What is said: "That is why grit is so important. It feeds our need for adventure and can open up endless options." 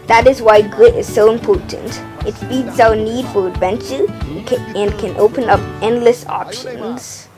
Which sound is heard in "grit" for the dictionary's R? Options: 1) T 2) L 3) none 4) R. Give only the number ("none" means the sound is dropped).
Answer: 4